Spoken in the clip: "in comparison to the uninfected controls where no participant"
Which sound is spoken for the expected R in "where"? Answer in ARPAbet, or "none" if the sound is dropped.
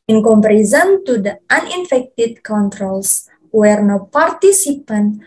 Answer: R